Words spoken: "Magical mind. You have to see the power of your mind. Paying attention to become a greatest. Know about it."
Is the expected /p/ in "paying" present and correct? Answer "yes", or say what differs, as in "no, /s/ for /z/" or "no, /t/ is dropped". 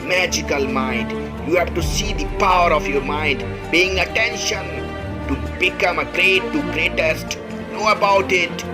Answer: no, /b/ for /p/